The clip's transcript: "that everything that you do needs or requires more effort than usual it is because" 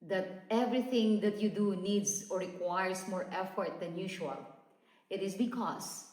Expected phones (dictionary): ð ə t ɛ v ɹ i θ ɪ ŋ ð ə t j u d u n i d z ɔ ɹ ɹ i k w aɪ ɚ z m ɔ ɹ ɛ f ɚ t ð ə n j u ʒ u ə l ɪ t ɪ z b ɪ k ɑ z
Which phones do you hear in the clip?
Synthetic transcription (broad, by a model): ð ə t ɛ v ɹ i θ ɪ ŋ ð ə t j u d u n i d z ɔ ɹ ɹ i k w aɪ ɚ s m ɔ ɹ ɛ f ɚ t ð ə n j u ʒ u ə l ɪ t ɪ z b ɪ k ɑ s